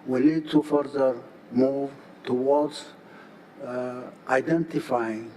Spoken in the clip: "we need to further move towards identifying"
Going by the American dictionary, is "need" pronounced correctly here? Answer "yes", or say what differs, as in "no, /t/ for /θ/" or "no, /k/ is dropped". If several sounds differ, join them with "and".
no, /l/ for /n/